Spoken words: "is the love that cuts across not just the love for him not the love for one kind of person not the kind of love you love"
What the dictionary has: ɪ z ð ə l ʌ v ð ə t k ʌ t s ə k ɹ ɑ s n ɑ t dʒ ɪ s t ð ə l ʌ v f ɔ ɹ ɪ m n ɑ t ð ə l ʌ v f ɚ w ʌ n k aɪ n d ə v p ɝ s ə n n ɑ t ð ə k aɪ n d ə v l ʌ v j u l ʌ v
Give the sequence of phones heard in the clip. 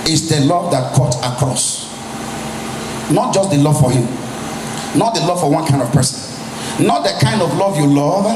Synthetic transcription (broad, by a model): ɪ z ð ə l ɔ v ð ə t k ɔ t ə k ɹ ɑ s n ɑ t dʒ ɪ s t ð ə l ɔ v f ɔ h ɪ m n ɑ t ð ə l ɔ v f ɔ w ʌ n k aɪ n d ə v p ɝ s ə n n ɑ t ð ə k aɪ n d ə v l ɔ v j u l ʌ v